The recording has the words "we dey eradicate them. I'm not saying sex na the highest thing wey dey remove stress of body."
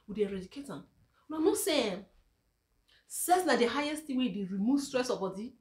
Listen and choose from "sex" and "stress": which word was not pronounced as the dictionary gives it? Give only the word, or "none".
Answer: sex